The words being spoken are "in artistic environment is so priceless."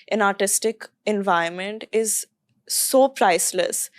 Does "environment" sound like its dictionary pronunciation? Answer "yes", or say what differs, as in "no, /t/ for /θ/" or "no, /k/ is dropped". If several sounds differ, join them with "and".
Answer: no, /ɹ/ is dropped